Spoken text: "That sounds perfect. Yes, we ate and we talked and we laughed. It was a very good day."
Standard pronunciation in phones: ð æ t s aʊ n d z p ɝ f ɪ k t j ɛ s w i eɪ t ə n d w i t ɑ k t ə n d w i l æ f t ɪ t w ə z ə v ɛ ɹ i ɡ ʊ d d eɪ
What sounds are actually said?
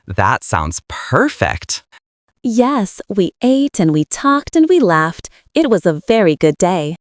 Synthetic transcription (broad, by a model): ð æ t s aʊ n d z p ɝ f ɪ k t j ɛ s w i eɪ t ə n w i t ɑ k t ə n w i l æ f t ɪ t w ə z ə v ɛ ɹ i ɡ ʊ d d eɪ